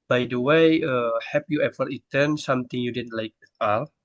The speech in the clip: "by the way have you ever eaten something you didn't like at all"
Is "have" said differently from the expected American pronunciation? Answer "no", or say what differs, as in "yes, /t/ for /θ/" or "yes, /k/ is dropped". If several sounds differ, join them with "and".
yes, /p/ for /v/